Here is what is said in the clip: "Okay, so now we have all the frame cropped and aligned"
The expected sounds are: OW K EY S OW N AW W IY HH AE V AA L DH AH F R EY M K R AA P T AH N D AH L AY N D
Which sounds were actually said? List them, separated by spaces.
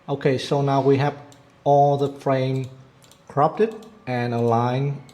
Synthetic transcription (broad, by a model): OW K EY S OW N AW W IY HH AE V AA L DH AH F R EY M K R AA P T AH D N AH L AY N